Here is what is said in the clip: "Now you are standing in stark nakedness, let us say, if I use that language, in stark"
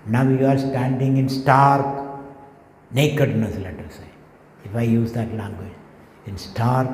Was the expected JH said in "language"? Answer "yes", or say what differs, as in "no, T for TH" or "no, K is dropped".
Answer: no, JH is dropped